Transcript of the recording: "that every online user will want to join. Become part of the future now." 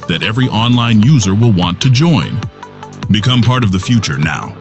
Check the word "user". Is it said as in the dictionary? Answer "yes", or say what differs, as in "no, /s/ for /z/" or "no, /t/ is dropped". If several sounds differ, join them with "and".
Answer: yes